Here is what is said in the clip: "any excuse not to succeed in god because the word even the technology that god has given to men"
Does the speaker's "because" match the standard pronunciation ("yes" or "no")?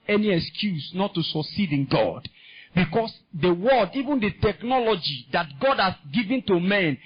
no